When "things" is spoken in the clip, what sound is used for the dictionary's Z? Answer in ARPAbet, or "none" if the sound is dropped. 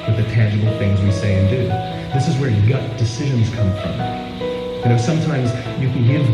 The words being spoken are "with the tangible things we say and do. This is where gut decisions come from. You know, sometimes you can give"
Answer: Z